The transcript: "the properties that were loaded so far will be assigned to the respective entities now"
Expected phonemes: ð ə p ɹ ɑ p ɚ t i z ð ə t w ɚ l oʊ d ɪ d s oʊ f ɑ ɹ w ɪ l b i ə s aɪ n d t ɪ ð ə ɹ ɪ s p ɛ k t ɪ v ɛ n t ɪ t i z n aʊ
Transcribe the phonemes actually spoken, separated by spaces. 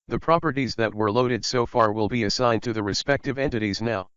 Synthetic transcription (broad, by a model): ð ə p ɹ ɑ p ɚ t i z ð ə t w ɚ l oʊ d ɪ d s oʊ f ɑ ɹ w ɪ l b i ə s aɪ n t ɪ ð ə ɹ ɪ s p ɛ k t ɪ v ɛ n t ɪ t i z n aʊ